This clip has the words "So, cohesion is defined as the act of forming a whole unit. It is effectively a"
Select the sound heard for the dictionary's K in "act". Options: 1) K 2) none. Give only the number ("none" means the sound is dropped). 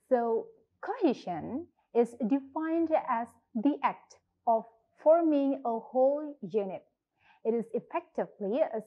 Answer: 1